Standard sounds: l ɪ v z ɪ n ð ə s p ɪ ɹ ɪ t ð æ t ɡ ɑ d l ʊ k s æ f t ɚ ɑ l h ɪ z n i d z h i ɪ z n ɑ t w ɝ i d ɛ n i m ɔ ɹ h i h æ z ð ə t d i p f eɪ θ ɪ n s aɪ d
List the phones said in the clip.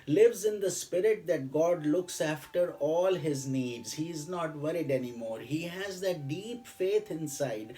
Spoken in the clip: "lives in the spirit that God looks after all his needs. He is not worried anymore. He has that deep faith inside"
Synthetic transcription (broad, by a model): l ɪ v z ɪ n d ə s p ɪ ɹ ɪ t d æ t ɡ ɑ d l ʊ k s æ f t ɚ ɑ l h ɪ z n i d z h i ɪ z n ɑ t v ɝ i d ɛ n i m ɔ ɹ h i h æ z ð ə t d i p f eɪ t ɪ n s aɪ d